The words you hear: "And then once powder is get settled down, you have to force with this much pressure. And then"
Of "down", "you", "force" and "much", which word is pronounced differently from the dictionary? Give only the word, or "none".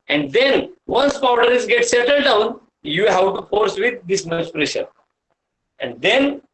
much